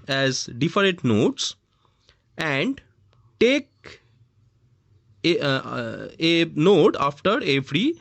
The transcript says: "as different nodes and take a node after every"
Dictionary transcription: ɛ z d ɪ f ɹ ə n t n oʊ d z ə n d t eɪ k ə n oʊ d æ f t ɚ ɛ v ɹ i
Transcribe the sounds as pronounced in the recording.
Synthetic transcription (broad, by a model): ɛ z d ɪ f ɹ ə t n oʊ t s ə n d t eɪ k ə n oʊ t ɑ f t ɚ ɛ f ɹ i